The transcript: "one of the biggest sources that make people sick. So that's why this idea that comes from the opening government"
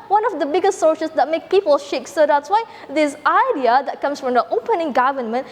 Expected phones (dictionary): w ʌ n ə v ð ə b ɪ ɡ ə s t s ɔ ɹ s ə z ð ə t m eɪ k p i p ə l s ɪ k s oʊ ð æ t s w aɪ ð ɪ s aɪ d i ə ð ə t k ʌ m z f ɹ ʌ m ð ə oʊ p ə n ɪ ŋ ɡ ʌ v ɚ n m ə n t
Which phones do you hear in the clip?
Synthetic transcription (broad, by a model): w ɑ n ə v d ə b ɪ ɡ ə s t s ɔ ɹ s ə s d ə t m eɪ k p i p ə l ʃ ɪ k s oʊ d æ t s w aɪ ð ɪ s aɪ d i ə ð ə t k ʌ m s f ɹ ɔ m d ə oʊ p ə n ɪ ŋ ɡ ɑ v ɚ n m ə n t